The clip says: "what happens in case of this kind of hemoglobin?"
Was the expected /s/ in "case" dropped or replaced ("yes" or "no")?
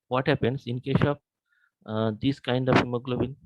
yes